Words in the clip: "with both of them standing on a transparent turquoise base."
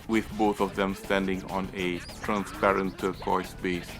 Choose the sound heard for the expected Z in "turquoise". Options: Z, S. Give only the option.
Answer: S